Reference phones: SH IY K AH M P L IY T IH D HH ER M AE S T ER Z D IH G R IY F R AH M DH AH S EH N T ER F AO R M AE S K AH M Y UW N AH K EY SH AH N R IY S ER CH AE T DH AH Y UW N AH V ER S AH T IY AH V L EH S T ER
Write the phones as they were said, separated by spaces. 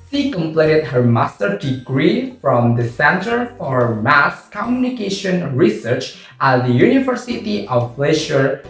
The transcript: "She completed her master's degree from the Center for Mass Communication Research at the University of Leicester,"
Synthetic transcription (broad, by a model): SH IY K AH M P L IY T IH D HH ER M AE S T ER D IH G R IY F R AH M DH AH S EH N T ER F AO R M AE S K AH M Y UW N AH K EY SH AH N R IY S ER CH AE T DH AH Y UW N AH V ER S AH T IY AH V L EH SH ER